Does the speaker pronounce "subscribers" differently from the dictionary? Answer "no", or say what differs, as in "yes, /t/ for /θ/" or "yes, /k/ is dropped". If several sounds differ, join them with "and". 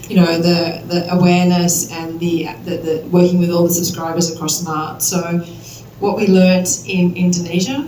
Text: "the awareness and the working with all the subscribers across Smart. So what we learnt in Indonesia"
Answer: no